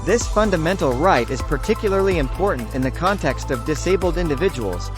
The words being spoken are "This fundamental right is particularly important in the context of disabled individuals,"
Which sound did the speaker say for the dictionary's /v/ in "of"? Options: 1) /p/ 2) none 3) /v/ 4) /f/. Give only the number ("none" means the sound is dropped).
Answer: 3